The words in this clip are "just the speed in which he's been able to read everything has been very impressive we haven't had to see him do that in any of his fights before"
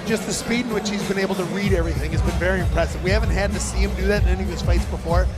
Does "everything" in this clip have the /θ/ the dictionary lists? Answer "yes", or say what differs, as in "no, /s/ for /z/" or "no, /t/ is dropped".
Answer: yes